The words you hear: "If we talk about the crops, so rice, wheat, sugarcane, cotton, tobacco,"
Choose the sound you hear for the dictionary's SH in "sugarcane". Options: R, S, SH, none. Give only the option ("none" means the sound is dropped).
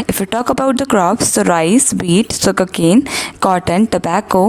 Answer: S